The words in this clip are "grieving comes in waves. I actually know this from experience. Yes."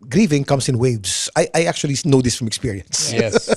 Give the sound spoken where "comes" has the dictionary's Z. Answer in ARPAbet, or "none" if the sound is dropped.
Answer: S